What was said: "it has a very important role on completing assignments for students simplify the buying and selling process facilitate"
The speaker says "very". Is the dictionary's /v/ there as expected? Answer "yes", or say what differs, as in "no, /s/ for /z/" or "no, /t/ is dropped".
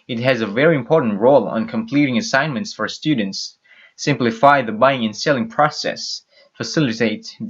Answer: yes